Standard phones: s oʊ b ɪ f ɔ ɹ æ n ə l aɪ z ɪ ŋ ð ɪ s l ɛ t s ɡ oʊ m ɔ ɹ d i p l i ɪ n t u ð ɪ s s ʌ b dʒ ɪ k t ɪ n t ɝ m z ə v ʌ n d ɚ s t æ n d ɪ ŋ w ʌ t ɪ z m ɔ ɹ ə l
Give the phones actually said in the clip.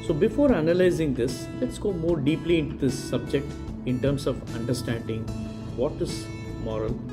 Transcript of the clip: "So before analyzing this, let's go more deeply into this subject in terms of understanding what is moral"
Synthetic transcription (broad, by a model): s oʊ b ɪ f ɔ ɹ æ n ə l aɪ z ɪ ŋ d ɪ s l ɛ t s ɡ oʊ m ɔ ɹ d i p l i ɪ n t u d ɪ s s ʌ b dʒ ɪ k t ɪ n t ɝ m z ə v ʌ n d ɚ s t æ n d ɪ ŋ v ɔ t ɪ z m ɔ ɹ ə l